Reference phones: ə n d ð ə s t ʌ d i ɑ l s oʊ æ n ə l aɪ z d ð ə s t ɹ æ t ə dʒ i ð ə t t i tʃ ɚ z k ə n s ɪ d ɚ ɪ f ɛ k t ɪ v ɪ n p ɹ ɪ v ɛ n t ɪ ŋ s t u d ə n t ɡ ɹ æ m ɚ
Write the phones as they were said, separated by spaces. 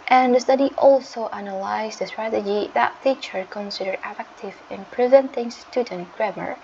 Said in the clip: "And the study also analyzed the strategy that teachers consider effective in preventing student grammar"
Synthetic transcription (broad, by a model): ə n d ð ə s t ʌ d i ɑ l s oʊ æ n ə l aɪ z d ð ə s t ɹ æ t ə dʒ i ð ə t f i tʃ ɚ k ə n s ɪ d ɚ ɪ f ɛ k t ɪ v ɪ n p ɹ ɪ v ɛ n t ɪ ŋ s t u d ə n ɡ ɹ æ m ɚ